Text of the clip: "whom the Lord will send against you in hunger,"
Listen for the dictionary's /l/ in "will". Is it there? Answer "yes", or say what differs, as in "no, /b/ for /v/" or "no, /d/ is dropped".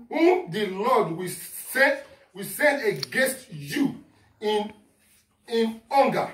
no, /w/ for /l/